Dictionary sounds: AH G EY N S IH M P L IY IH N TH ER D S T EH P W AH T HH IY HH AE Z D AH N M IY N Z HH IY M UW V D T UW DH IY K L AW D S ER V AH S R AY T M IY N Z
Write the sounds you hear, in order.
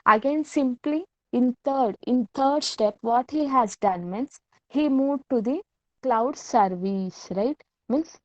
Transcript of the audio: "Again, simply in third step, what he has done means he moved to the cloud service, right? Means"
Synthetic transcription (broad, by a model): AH G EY N S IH M P L IY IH N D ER D S T EH P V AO T HH IY HH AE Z D AH N M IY N S HH IY M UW D T UW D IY K L AW D S ER V AH S R AY T M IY N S